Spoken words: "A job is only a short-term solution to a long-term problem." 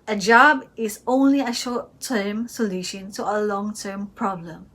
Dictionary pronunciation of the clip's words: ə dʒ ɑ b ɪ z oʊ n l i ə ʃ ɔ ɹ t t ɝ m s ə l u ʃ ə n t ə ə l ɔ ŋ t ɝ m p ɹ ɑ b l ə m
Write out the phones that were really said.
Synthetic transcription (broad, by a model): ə dʒ ɑ b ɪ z oʊ n l i ə ʃ ɔ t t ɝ m s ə l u ʃ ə n t ə ə l ɔ ŋ t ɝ m p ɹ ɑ b l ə m